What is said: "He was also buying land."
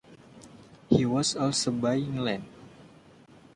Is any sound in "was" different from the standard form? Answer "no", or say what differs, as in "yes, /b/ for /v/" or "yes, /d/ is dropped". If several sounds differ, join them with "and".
yes, /s/ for /z/